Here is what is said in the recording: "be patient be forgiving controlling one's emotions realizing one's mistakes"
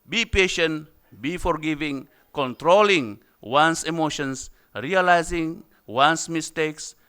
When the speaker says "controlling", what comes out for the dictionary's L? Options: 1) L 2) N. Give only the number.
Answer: 1